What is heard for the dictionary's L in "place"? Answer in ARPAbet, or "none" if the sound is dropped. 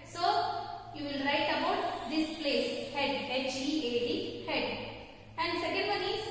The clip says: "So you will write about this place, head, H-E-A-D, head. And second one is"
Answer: L